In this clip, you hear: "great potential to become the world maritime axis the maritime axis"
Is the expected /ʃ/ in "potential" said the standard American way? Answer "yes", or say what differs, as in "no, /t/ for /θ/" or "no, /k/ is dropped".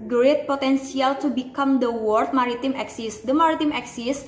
no, /s/ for /ʃ/